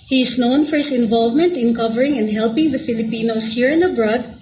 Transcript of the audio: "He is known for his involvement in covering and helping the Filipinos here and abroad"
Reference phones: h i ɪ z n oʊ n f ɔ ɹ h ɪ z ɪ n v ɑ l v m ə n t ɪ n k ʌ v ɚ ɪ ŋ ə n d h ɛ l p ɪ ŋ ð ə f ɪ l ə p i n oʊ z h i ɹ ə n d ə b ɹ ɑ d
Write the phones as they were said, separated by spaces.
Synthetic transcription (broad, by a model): h i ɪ s n oʊ n f ɔ ɹ h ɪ s ɪ n v ɑ l v m ə n t ɪ n k ʌ v ɚ ɪ ŋ ə n d h ɛ l p ɪ ŋ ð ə f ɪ l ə p i n oʊ s h i ɹ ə n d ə b ɹ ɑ d